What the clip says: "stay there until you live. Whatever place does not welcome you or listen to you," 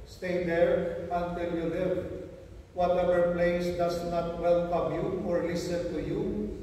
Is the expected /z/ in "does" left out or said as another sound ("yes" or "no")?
yes